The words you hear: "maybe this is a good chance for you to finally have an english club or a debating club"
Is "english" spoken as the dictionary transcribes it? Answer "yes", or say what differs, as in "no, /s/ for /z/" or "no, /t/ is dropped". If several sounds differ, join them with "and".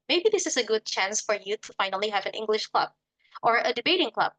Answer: yes